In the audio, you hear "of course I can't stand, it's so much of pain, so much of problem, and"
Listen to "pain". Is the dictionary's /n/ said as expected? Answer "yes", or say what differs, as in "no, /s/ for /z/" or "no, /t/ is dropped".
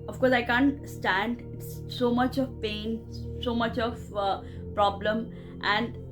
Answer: yes